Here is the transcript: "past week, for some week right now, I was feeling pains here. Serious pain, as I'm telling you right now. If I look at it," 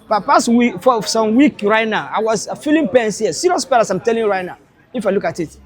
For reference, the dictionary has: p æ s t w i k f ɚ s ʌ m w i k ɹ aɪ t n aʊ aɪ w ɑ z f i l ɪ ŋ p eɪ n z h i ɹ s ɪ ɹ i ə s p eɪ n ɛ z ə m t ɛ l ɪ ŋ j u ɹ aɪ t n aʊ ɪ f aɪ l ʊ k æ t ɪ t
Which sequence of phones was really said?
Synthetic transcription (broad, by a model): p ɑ s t w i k f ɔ s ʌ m w i k ɹ aɪ t n aʊ aɪ w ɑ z f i l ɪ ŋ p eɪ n s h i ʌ s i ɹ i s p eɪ l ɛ s ə m t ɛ l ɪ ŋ ɹ aɪ t n aʊ ɪ f aɪ l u k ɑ t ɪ t